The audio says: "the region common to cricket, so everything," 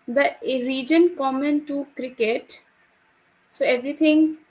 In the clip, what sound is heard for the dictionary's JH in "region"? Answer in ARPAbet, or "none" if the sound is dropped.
JH